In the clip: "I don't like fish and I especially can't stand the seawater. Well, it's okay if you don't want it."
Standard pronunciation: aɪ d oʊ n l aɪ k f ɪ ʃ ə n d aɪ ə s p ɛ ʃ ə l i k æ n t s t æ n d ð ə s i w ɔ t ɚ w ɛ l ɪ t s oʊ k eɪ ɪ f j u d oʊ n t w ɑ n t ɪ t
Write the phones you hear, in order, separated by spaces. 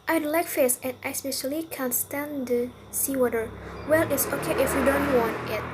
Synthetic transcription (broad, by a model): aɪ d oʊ l aɪ k f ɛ s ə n aɪ s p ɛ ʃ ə l i k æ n s t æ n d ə s i w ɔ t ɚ w ɛ l ɪ t s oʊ k eɪ ɪ f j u d oʊ n t w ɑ n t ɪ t